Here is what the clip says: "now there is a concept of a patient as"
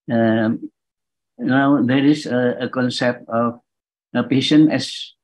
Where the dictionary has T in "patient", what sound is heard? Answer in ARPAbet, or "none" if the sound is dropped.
none